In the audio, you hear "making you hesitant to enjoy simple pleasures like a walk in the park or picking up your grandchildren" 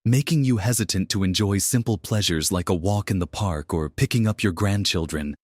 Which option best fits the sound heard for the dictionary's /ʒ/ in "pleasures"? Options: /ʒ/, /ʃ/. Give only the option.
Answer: /ʒ/